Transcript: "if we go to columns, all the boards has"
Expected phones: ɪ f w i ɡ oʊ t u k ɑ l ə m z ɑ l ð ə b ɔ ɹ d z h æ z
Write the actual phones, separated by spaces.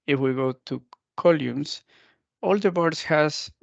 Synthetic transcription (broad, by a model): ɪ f w i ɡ oʊ t u k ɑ l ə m s ɑ l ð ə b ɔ ɹ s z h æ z